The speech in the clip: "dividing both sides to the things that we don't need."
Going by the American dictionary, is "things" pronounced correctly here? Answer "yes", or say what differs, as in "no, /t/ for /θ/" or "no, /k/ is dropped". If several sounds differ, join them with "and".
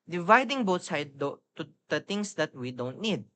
no, /t/ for /θ/